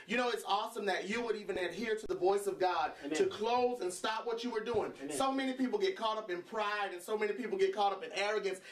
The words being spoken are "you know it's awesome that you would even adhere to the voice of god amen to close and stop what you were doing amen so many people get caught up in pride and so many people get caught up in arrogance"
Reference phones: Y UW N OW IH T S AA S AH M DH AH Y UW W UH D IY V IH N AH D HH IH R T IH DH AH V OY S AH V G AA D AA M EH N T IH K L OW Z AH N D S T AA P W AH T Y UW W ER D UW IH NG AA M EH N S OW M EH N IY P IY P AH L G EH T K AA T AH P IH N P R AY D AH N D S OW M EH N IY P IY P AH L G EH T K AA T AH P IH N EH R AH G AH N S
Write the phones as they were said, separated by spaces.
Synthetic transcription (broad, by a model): Y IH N OW IH T S AA S AH M DH AH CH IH W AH D IY V IH N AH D HH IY R T IH DH AH V OY S AH V G AA D T IH K L OW Z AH N S T AA P W AH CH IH W ER D UW IH NG S OW M EH N IY P IY P L G EH T K AA T AH P IH N P R AY D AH N S OW M EH N IY P IY P L G EH T K AA T AH P IH N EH R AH G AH N S